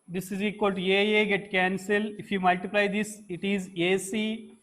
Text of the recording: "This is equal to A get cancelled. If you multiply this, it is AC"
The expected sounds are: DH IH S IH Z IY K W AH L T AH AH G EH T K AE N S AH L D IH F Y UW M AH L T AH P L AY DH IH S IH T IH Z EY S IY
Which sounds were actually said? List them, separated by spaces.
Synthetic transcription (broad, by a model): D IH S IH Z IY K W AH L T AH AH G EH T K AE N S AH L IH F Y UW M AH L T AH P L AY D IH S IH T IH Z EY S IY